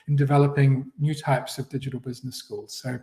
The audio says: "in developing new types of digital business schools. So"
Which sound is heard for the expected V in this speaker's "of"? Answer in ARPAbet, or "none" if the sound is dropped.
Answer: V